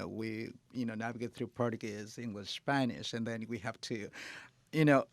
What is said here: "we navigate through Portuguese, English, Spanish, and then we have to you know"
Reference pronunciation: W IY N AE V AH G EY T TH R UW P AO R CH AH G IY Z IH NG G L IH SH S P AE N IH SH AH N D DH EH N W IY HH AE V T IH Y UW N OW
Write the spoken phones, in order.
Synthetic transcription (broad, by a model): W IY N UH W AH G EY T TH R UW P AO R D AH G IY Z IH NG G L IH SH S P AE N IH SH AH N DH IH N W IY HH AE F T IH Y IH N OW